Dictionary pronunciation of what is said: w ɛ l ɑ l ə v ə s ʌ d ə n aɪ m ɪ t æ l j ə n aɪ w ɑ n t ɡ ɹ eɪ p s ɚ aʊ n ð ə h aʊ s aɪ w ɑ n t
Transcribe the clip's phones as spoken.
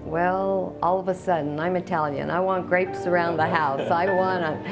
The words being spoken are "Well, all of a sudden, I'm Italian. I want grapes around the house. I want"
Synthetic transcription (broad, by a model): w ɛ l ɑ l ə v ə s ʌ d n aɪ m ɪ t æ l j ə n aɪ w ɑ n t ɡ ɹ eɪ p s ɚ aʊ n ð ə h aʊ s aɪ w ɑ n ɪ